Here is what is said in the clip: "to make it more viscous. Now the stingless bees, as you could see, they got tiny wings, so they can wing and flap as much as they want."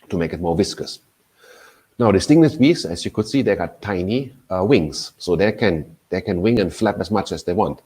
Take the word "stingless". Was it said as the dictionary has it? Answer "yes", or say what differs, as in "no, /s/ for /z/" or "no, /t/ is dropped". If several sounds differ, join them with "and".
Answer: no, /n/ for /l/